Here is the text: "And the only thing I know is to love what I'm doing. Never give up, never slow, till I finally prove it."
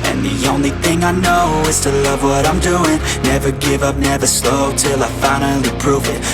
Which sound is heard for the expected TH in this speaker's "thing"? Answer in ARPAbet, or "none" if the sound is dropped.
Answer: TH